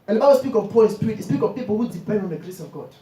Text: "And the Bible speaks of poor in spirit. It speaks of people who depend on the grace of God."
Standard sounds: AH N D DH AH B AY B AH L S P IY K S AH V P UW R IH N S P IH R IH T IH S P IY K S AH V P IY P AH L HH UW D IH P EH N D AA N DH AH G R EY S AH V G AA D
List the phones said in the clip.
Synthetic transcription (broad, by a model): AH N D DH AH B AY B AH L S P IY K AH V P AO L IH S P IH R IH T IH S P IY K AH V P IY P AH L HH UW D IH P EH N D AA N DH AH G R EY S AH V G AA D